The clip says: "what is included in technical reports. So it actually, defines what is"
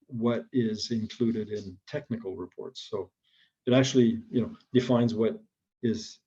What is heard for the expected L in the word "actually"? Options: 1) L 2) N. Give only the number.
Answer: 2